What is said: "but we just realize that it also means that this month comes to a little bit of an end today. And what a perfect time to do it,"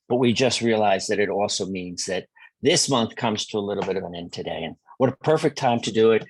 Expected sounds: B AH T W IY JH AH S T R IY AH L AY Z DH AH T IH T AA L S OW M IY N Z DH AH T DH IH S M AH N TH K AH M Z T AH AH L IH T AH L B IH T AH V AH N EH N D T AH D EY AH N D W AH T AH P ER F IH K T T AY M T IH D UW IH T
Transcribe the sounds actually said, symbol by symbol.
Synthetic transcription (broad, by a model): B AH T W IY JH AH S T R IY AH L AY Z DH AH T IH T AA L S OW M IY N Z DH AH T DH IH S M AH N TH K AH M Z T AH AH L IH T L B IH T AH V AH N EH N T AH D EY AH N W AH T AH P ER F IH K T T AY M T IH D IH IH T